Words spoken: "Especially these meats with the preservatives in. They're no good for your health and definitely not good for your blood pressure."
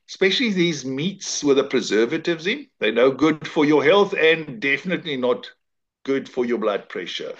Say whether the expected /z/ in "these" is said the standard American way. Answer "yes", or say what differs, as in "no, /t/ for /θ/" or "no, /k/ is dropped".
yes